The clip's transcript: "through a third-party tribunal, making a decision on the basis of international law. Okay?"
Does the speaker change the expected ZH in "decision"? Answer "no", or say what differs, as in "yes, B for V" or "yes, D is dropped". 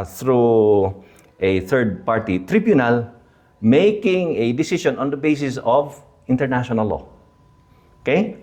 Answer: yes, SH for ZH